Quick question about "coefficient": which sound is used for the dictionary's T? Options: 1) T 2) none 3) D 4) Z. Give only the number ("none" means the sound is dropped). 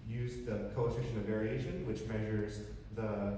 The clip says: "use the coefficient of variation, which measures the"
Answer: 2